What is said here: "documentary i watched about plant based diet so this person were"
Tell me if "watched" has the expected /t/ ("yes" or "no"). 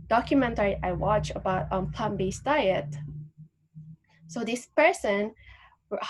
no